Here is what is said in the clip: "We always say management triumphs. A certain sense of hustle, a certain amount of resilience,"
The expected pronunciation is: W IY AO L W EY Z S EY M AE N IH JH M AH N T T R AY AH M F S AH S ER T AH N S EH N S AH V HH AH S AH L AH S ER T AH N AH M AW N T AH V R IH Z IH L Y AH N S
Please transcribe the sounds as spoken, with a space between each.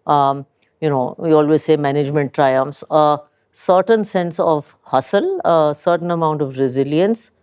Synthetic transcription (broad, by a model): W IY AO L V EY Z S EY M AE N IH JH M AH N T T R AY AH M F S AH S ER T AH N S EH N S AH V HH AH S AH L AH S ER T AH N AH M AW N T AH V R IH Z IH L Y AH N S